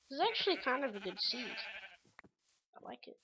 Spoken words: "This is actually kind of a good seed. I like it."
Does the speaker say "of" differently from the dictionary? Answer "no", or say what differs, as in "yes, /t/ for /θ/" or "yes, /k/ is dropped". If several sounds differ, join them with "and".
no